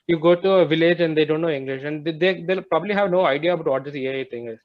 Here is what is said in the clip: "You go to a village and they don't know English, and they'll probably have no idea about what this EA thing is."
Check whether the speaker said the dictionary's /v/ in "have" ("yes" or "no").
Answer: yes